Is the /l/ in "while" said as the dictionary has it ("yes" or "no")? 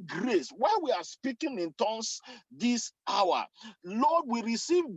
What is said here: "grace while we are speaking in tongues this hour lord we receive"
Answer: no